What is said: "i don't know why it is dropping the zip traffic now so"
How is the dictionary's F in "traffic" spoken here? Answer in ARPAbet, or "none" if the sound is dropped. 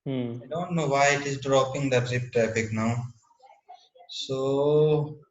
P